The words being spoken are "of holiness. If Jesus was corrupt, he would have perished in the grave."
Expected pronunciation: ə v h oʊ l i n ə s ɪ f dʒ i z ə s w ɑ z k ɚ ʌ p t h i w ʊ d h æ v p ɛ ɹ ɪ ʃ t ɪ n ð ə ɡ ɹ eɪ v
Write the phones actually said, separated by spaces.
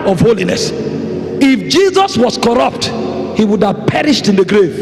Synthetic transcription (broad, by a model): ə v h oʊ l i n ə s ɪ f dʒ i z ə s w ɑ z k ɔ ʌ p t h i w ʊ d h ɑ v p ɛ ɹ ɪ ʃ t ɪ n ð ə ɡ ɹ eɪ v